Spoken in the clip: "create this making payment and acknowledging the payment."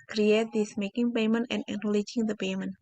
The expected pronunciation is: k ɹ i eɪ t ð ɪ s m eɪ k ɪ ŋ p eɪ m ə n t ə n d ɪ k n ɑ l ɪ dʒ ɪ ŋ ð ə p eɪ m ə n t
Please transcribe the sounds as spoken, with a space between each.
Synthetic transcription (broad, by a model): k ɹ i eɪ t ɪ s m eɪ k ɪ ŋ p eɪ m ə n t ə n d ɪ n l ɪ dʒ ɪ ŋ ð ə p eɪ m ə n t